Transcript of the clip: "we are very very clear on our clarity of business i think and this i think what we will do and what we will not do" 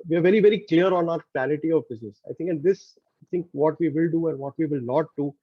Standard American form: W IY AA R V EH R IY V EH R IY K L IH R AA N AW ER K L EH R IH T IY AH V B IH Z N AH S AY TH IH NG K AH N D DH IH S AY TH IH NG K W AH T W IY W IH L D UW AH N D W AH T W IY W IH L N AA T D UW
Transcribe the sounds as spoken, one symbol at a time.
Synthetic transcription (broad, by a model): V IY AA R V EH R IY V EH R IY K L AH R AA N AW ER K EH L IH T IY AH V B IH Z N AH S AY T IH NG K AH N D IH S AY T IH NG K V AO T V IY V IH L D UW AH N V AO T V IY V IH L N AA T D UW